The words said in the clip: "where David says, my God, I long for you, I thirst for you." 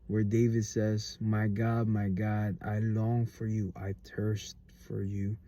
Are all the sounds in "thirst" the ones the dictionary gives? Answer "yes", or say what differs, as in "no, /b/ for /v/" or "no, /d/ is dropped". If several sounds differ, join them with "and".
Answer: no, /t/ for /θ/